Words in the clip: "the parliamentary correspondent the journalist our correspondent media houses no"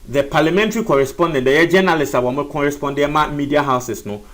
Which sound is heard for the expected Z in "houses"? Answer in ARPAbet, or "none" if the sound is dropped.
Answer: S